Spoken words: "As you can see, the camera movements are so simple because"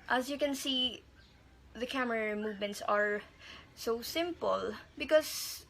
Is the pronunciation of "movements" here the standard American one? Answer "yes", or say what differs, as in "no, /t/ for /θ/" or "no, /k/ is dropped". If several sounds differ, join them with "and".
yes